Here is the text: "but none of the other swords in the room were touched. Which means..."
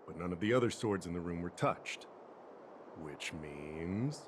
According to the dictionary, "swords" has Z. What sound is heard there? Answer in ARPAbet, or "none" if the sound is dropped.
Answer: Z